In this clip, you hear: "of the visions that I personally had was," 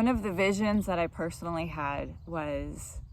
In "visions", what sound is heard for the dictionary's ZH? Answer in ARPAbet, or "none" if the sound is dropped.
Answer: ZH